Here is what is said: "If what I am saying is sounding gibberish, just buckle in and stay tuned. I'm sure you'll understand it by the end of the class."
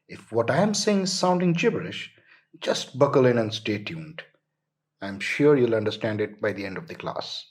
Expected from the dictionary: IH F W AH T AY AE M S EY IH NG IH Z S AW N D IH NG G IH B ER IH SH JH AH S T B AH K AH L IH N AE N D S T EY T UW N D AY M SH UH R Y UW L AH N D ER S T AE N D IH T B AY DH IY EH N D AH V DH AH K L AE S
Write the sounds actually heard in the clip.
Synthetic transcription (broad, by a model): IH F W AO T AY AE M S EY IH NG IH Z S AW N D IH NG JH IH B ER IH SH JH AH S T B AH K AH L IH N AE N S T EY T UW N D AY M SH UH R Y UW L AH N D ER S T AE N D IH T B AY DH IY EH N D AH V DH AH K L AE S